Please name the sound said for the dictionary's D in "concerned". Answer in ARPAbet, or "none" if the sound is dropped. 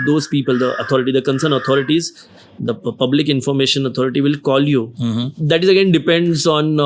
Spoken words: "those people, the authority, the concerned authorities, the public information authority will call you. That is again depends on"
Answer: none